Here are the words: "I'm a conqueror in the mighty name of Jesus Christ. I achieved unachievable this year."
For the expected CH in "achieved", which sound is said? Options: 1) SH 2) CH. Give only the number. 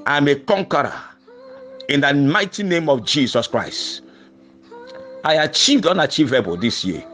2